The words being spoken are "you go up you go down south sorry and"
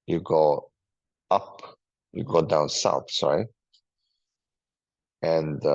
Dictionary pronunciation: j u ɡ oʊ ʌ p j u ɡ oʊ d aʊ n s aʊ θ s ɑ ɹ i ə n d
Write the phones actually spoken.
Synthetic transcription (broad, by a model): j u ɡ oʊ ʌ p j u ɡ oʊ d aʊ n s aʊ θ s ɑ i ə n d